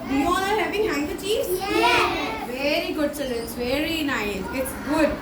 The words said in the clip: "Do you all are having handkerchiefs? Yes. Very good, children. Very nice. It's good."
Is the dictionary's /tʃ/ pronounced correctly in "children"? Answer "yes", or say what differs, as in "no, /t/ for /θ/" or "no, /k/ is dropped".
no, /s/ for /tʃ/